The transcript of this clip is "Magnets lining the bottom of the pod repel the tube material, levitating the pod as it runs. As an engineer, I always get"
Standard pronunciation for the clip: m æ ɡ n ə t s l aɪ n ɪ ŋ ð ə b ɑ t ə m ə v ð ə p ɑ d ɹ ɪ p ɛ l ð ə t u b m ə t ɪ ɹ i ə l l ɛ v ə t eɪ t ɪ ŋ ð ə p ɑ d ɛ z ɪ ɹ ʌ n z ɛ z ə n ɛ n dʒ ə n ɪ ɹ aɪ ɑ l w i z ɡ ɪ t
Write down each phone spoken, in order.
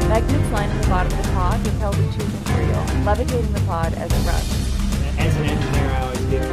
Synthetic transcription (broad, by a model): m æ ɡ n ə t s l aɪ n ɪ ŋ ð ə b ɑ t ə m ə v ð ə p ɑ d w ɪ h ɛ l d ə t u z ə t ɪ ɹ i l l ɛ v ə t eɪ t ɪ ŋ ð ə p ɑ d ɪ z ɪ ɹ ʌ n ɪ z ə n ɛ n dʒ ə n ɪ ɹ aɪ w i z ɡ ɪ